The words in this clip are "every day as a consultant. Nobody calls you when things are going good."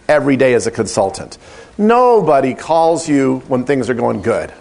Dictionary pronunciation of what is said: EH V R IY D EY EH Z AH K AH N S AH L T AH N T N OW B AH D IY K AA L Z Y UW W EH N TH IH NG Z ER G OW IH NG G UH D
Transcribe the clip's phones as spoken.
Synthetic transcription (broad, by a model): EH V R IY D EY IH Z AH K AH N S AH L T AH N T N OW B AH D IY K AA L Z Y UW W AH N TH IH NG Z ER G OW IH NG G UH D